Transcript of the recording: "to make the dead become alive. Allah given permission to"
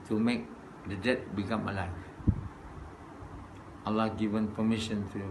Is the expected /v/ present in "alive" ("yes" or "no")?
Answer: no